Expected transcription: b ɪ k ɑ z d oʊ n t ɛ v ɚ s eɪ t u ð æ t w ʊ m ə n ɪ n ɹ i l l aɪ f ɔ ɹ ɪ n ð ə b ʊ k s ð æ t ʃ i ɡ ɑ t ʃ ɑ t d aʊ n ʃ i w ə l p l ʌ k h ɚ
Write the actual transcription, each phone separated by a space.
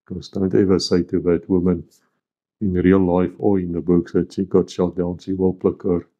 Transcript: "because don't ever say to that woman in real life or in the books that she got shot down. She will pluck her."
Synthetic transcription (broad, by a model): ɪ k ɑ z d oʊ n t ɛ v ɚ s eɪ t u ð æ t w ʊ m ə n ɪ n ɹ i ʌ l aɪ f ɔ l ɪ n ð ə b ʊ k s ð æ t ʃ i ɡ ɑ t ʃ ɑ t d aʊ n ʃ i w ə l p l ʌ k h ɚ